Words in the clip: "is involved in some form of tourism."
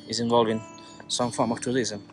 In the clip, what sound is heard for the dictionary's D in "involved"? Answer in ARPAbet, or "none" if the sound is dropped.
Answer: none